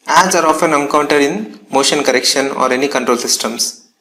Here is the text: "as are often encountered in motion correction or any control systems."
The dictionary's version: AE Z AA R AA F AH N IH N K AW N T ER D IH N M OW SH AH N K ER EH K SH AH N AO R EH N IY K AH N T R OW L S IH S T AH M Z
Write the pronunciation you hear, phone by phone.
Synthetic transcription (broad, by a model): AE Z AA R AA F AH N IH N K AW N T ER D IH N M OW SH AH N K ER EH K SH AH N AO R EH N IY K AH N T R OW L S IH S T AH M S